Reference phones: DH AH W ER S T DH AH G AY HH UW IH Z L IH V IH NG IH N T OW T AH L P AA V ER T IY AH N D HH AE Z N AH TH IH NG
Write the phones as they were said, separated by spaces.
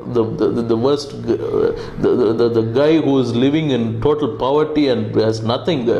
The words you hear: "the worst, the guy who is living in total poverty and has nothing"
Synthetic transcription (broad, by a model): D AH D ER S T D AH G AY HH UW IH Z L IH V IH NG IH N T OW T AH L P AA V ER T IY AH N D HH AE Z N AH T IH NG